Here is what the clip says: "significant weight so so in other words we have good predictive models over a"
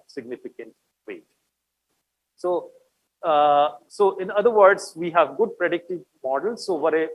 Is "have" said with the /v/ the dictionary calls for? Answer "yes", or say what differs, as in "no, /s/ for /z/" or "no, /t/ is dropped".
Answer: yes